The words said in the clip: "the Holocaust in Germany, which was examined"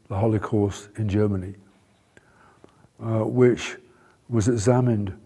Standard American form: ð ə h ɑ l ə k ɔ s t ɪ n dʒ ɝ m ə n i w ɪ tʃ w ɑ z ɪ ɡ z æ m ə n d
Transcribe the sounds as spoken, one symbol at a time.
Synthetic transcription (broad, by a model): ð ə h ɑ l ə k ɔ s t ɪ n dʒ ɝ m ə n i w ɪ tʃ w ɑ z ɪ ɡ z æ m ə n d